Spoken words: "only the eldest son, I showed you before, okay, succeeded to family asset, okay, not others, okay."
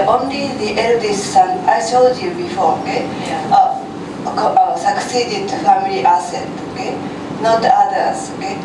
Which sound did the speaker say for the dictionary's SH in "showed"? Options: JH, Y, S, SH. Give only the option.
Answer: S